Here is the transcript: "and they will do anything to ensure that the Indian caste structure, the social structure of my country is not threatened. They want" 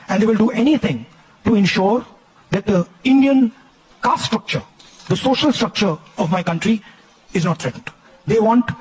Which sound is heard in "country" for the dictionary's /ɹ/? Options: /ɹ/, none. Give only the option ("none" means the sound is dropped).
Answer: /ɹ/